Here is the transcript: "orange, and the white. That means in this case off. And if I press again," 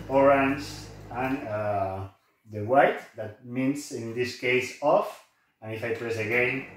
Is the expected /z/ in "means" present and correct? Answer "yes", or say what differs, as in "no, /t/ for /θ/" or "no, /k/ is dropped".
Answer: no, /s/ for /z/